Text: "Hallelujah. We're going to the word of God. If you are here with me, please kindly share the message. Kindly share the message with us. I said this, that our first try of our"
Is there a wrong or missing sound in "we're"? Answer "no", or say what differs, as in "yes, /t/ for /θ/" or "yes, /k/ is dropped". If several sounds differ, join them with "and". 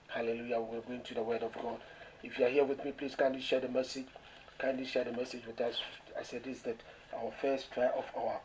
yes, /l/ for /ɹ/